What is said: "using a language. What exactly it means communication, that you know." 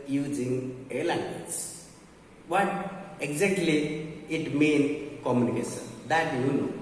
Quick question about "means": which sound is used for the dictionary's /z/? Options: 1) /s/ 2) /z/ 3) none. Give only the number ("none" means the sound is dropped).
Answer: 3